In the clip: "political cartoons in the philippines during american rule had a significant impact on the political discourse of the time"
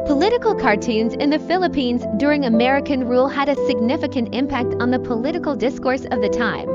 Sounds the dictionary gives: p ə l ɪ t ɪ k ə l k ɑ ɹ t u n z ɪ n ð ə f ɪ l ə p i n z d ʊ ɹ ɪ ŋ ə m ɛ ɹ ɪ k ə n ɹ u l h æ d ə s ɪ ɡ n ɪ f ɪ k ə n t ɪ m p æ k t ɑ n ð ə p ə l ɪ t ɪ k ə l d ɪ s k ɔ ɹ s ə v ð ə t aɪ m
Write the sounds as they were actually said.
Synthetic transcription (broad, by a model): p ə l ɪ t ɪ k l k ɑ ɹ t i n z ɪ n ð ə f ɪ l ə p i n z d ʊ ɹ ɪ ŋ ə m ɛ ɹ ɪ k ə n ɹ u l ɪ d ə s ɪ ɡ n ɪ f ɪ k ə n t ɪ m p æ k t n ð ə p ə l ɪ t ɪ k l d ɪ s k ɔ ɹ s ə v ð ə t aɪ m